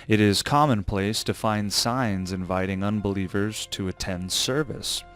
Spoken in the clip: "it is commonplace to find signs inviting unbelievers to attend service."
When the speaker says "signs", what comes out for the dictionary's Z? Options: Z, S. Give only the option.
Z